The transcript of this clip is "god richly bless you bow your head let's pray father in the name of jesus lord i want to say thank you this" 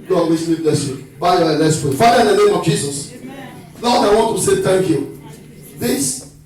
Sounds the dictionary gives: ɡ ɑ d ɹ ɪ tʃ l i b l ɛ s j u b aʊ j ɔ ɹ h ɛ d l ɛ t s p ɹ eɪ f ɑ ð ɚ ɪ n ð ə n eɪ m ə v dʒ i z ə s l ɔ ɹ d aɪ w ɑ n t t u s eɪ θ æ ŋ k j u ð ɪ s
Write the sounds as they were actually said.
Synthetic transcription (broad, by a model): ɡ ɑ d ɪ s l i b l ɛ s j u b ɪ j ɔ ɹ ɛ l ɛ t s p ɹ eɪ f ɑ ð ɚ ɪ n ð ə n eɪ m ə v dʒ i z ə s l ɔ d aɪ w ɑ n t t u s eɪ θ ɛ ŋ k j u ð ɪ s